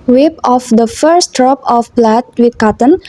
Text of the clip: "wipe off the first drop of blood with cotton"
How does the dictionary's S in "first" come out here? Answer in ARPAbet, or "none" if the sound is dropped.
S